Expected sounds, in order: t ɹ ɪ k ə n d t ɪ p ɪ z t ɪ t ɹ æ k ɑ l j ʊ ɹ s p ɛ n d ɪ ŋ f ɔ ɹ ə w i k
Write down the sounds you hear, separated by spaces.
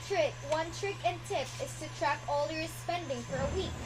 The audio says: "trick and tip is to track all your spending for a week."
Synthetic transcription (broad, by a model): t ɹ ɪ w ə n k t ɪ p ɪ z t ɪ t ɹ æ k ɑ l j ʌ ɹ s p ɛ n d ɪ ŋ f ɔ ɹ ə w i k